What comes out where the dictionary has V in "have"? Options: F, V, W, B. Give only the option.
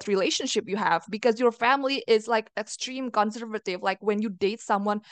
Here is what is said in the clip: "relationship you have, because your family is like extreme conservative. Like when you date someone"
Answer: V